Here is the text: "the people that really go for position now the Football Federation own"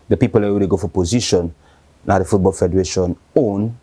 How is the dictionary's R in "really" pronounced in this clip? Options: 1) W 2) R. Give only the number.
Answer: 1